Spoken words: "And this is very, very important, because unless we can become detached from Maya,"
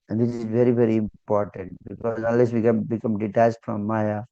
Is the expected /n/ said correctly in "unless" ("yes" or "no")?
no